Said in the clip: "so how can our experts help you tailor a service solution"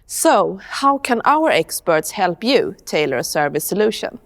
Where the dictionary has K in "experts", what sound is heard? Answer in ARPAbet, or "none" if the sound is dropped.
K